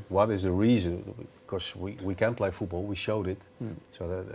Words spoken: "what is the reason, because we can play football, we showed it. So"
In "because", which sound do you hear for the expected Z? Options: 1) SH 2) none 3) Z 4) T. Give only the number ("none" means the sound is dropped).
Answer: 2